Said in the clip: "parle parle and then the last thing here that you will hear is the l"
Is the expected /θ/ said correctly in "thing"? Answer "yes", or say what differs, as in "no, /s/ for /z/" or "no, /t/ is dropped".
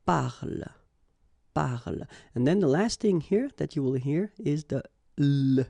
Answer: yes